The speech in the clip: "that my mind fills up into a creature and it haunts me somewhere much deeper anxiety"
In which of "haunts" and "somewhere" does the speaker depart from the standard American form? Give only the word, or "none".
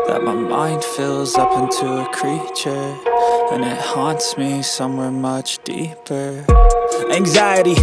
none